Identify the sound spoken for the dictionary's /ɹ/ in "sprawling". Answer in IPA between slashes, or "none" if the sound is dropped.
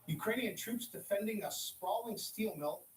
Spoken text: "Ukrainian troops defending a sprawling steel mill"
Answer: none